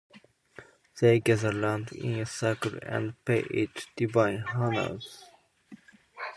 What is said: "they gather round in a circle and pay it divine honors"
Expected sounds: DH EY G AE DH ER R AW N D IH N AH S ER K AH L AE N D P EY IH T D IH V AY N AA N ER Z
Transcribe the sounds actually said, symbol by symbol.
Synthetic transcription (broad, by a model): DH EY G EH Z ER L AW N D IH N AH S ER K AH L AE N D P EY IH T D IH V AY N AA N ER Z